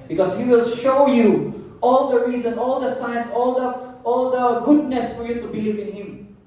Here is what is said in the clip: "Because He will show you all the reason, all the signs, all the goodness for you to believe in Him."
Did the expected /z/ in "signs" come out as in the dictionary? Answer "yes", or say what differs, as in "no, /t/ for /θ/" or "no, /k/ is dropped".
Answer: no, /s/ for /z/